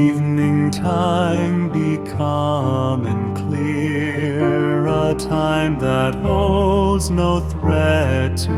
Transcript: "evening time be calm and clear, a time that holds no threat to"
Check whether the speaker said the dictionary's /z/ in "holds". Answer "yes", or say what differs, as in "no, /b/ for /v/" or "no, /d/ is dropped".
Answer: yes